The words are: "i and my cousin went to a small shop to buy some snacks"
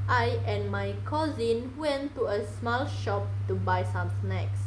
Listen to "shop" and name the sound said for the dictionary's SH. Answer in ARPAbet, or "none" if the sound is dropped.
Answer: SH